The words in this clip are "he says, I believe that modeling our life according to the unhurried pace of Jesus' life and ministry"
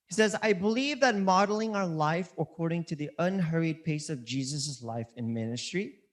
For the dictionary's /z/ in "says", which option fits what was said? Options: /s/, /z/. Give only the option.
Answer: /z/